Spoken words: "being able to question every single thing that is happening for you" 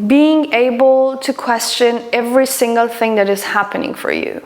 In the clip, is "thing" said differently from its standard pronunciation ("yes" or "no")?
no